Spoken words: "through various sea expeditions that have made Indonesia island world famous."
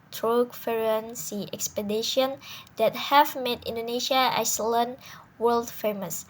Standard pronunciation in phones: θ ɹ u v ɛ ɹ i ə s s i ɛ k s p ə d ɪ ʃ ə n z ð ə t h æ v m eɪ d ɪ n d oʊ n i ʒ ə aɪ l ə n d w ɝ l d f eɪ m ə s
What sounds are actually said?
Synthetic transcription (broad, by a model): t ɹ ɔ f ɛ ɹ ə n s i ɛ k s p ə d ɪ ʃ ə n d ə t h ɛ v m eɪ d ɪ n d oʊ n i ʃ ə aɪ l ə n w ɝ l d f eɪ m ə s